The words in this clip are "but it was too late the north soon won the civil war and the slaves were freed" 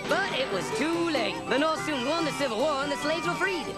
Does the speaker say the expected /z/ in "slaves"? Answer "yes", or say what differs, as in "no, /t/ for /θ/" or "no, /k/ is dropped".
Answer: yes